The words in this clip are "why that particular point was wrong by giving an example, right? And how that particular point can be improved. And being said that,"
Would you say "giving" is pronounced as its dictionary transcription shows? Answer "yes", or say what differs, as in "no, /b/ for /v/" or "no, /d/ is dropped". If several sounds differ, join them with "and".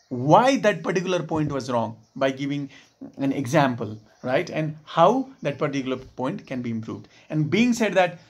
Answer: yes